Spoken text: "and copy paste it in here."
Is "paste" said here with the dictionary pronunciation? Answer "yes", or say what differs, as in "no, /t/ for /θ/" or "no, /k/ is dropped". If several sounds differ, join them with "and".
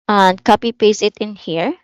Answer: no, /t/ is dropped